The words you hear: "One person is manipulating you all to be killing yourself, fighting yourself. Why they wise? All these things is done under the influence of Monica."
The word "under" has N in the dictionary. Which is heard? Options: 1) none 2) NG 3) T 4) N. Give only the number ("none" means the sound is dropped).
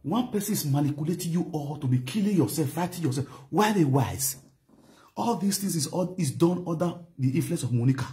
1